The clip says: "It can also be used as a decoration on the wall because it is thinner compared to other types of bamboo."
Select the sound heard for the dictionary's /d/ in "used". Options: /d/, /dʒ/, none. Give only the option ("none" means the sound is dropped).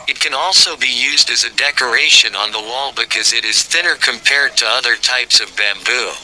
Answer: /d/